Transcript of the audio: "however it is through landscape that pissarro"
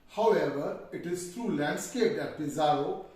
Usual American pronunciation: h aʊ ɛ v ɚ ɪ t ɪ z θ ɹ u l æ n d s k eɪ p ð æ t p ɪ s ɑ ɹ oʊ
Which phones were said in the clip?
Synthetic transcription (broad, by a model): h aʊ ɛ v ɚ ɪ t ɪ z t ɹ u l æ n d s k eɪ p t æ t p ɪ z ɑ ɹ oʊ